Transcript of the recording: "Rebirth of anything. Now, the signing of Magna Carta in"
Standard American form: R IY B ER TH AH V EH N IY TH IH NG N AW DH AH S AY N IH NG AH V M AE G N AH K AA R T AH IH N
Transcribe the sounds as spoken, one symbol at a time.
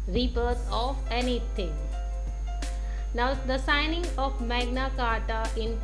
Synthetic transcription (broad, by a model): R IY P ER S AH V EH N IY T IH NG N AW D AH S AY N IH NG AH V M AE G N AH K AA R T AH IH N